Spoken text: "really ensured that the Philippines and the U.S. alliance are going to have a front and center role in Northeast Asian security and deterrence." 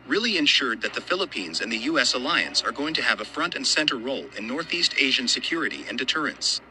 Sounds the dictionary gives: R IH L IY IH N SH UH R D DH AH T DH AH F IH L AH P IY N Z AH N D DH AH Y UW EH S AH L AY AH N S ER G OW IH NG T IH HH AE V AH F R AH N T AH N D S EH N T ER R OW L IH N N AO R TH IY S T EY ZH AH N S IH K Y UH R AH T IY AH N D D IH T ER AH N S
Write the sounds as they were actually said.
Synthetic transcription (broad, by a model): R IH L IY IH N SH UH R D DH AH T DH AH F IH L AH P IY N Z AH N DH AH Y UW EH S AH L AY AH N S ER G OW IH NG T IH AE V AH F R AH N T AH N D S EH N T ER R OW L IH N N AO R TH IY S T EY ZH AH N S IH K Y UH R AH T IY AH N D D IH T ER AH N S